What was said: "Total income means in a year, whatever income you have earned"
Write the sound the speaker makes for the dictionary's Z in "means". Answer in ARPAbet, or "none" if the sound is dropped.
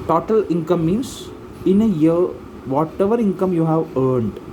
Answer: S